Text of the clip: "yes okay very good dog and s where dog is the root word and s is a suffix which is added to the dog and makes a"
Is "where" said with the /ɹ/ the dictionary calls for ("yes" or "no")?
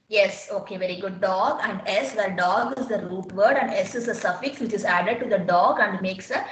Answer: no